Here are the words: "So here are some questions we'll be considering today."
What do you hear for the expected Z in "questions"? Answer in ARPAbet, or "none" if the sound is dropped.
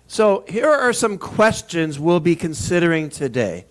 Z